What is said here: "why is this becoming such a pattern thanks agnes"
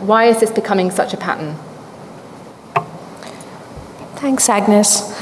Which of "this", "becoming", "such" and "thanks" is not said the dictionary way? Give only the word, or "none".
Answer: none